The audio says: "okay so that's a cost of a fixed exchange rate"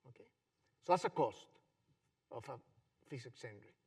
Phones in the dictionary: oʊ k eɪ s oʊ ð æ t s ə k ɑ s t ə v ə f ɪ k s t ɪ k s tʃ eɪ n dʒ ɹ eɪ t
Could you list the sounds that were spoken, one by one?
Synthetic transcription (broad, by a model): oʊ k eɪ s oʊ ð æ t s ə k ɑ s t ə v ə f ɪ s ɪ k s eɪ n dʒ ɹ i